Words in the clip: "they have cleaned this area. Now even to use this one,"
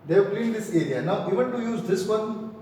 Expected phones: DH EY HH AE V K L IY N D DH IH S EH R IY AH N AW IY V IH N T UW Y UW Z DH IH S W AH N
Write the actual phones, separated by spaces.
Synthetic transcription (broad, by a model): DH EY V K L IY D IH S EH R IY AH N AW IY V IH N T UW Y UW Z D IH S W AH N